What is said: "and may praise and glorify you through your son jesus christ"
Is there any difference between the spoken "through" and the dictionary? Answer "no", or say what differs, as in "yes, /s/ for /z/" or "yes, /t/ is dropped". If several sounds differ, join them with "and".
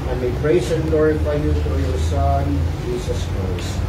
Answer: yes, /f/ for /θ/